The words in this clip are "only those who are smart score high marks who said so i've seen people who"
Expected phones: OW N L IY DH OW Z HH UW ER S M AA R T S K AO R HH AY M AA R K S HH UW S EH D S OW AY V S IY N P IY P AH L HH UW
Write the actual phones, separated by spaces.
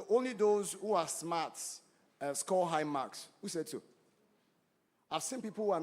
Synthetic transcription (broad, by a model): OW N L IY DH OW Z HH UW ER S M AA T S K AO L HH AY M AA K S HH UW S EH D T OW AY V S IY N P IY P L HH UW